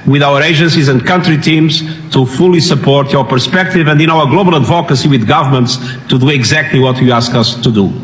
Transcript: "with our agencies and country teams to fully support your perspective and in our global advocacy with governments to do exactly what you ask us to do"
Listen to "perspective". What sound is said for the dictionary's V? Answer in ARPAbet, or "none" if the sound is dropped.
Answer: V